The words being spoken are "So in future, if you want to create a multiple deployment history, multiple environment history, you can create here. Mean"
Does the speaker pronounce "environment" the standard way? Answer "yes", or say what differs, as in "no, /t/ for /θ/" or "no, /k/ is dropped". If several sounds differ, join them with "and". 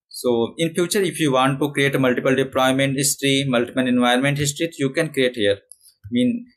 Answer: no, /ɹ/ is dropped